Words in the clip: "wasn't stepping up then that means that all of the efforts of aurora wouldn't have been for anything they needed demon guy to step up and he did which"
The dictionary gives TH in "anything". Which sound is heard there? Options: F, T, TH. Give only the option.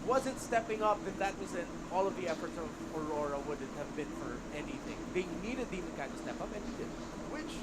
TH